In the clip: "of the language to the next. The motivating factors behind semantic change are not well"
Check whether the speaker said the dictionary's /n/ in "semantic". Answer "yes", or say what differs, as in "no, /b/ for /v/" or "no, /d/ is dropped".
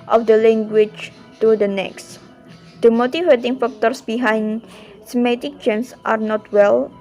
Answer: no, /n/ is dropped